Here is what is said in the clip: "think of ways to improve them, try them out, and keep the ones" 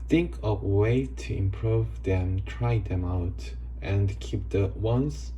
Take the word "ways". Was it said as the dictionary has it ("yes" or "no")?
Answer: no